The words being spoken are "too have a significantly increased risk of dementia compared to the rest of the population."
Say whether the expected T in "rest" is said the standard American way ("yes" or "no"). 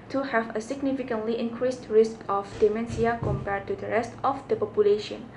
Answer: yes